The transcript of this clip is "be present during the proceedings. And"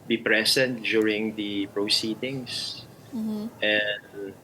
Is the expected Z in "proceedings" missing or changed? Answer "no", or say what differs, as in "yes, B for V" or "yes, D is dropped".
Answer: yes, S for Z